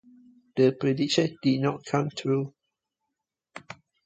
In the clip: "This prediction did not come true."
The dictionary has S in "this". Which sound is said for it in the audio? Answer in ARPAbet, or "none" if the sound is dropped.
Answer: none